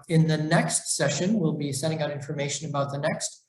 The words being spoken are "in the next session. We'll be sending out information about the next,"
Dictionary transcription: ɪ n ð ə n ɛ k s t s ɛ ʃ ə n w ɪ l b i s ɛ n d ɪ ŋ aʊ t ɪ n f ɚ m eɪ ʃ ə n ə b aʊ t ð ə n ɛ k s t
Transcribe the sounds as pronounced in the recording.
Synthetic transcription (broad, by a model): ɪ n ð ə n ɛ k s t s ɛ ʃ ə n w ɪ l b i s ɛ d ɪ ŋ aʊ t ɪ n f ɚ m eɪ ʃ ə n ə b aʊ t ð ə n ɛ k s t